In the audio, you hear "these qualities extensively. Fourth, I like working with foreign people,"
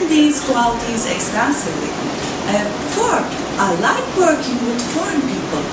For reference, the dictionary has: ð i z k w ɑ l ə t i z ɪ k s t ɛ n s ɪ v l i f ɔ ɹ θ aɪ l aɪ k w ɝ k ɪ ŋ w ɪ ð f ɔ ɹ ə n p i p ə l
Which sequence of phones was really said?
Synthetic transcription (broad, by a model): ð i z k w ɑ l ə t i z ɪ k s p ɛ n s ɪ v l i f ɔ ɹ aɪ l aɪ k w ɝ k ɪ ŋ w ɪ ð f ɔ ɹ ə n p i p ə l